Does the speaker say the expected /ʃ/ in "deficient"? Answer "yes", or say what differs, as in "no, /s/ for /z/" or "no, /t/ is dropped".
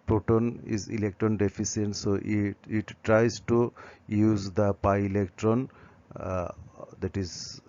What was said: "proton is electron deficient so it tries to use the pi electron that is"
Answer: no, /s/ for /ʃ/